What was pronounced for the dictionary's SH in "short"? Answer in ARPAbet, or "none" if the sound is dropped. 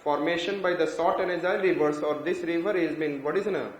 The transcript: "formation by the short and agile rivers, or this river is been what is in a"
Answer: S